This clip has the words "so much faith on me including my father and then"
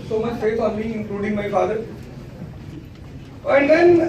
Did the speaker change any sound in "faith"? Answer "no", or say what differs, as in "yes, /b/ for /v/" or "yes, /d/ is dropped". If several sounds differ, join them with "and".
yes, /s/ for /θ/